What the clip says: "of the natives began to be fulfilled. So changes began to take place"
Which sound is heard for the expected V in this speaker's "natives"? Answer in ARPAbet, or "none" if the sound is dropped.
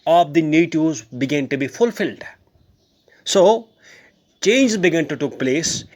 none